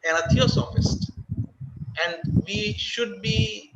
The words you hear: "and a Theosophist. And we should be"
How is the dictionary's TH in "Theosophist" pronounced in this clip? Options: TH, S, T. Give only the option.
T